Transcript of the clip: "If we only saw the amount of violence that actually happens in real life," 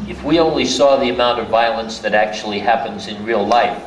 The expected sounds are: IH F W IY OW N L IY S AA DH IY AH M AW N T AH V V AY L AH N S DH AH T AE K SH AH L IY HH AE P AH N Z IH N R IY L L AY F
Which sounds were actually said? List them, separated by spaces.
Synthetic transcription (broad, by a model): IH F W IY OW N L IY S AA DH IY AH M AW N T AH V V AY L AH N S DH AH T AE K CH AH L IY HH AE P AH N Z IH N R IY L L AY F